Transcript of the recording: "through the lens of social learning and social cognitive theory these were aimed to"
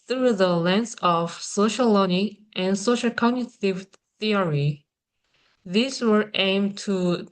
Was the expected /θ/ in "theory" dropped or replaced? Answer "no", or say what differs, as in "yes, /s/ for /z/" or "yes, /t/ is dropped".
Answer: no